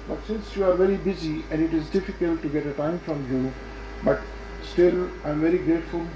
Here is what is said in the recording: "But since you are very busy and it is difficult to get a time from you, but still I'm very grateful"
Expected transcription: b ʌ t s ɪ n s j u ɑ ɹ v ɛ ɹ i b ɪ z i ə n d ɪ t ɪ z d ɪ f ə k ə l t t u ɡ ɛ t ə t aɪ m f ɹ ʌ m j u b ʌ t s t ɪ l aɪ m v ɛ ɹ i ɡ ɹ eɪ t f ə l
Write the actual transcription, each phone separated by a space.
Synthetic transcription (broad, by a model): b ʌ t s ɪ n s j u ɑ ɹ v ɛ ɹ i b ɪ z i ə n d ɪ t ɪ z d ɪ f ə k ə l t t u ɡ ɛ t ə t aɪ m f ɹ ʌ m j u b ʌ t s t ɪ l aɪ m v ɛ ɹ i ɡ ɹ eɪ t f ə l